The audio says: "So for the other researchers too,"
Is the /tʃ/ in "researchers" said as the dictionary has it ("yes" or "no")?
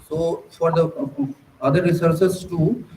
no